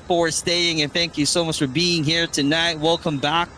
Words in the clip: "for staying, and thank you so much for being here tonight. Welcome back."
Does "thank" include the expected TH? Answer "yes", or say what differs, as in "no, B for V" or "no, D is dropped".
yes